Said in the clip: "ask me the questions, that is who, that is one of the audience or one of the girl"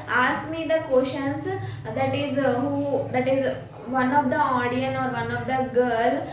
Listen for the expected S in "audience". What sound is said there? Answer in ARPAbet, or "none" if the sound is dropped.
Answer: none